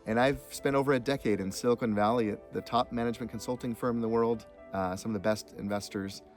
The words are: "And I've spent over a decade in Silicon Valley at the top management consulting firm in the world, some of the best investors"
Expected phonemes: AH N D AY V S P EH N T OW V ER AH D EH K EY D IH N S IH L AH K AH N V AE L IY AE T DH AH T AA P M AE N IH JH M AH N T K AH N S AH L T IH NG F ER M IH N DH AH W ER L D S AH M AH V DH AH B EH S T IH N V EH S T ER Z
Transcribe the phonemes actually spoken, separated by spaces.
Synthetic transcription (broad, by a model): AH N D AY V S P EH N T OW V ER AH D EH K EY D IH N S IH L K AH N V AE L IY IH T DH AH T AA P M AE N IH JH M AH N K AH N S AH L T IH NG F ER M N DH AH W ER L D S AH M AH V DH AH B EH S T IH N V EH S T ER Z